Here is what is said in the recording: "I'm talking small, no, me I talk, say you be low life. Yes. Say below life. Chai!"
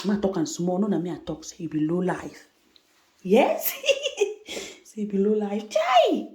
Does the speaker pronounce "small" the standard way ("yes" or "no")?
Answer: no